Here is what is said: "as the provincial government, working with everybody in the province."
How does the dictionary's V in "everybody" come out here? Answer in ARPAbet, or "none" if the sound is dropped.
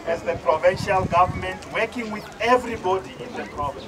V